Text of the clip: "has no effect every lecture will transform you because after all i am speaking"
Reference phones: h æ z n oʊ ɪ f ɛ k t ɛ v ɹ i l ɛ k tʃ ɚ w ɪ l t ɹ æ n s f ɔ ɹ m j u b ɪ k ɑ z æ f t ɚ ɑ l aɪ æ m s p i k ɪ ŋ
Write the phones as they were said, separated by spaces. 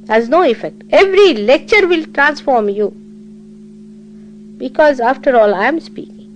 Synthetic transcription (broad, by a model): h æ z n oʊ ɪ f ɛ k t ɛ v ɹ i l ɛ k tʃ ɚ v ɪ l t ɹ æ n s f ɔ ɹ m j u b ɪ k ɑ z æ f t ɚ ɑ l aɪ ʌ m s p i k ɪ ŋ